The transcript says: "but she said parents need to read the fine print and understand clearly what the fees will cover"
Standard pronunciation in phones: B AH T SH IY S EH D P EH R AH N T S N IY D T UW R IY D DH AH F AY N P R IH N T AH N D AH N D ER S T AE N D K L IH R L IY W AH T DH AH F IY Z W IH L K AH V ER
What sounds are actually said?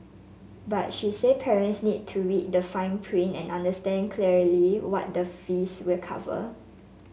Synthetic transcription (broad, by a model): B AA T SH IY S EH D P EH R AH N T S N IY D T UW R IY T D AH F AY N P R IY N AH N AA N D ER S T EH N K L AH R L IY W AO T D AH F IY S W IH L K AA V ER